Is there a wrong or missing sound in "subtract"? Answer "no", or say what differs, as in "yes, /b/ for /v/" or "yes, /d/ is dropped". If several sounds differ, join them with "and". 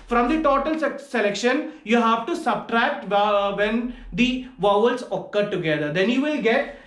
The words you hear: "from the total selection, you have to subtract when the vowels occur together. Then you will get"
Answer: no